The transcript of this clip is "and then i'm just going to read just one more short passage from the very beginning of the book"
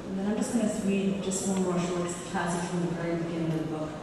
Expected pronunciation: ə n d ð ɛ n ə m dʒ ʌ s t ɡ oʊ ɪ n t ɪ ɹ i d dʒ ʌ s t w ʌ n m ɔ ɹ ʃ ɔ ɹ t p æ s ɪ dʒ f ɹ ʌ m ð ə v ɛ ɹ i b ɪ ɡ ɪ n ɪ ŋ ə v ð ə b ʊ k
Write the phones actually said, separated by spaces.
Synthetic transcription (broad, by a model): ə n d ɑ ə m dʒ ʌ s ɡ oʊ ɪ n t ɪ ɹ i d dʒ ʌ s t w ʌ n m ɔ ɹ ʃ ɔ ɹ t p æ s ɪ dʒ f ɹ ʌ m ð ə v ɛ ɹ i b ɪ ɡ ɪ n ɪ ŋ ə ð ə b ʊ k